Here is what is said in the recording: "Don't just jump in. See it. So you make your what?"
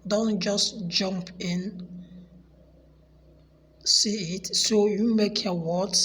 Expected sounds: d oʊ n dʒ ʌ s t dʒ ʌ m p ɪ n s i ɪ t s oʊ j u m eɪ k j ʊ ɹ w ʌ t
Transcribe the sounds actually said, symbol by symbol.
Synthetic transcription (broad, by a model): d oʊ n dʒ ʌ s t dʒ ʌ m p ɪ n s i ɪ t s oʊ j u m eɪ k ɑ w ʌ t